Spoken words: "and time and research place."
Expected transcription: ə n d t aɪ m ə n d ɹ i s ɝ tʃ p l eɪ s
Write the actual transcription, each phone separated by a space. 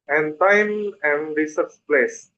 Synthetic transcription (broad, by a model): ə n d t aɪ m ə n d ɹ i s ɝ s p l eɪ s